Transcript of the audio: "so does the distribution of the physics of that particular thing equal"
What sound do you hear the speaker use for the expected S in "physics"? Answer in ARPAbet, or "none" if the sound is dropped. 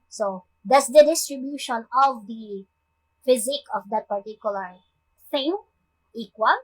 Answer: none